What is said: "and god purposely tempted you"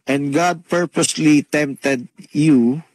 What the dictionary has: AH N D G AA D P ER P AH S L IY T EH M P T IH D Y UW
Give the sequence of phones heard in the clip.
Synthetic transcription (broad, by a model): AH N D G AA D P ER P AH S L IY T EH M P T IH D Y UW